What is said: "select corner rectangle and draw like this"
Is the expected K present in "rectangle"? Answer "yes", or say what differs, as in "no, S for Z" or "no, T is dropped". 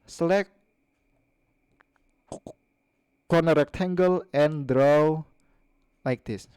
yes